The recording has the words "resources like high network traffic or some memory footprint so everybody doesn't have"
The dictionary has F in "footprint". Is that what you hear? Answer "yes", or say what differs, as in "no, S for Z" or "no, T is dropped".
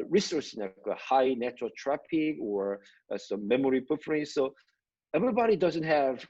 no, P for F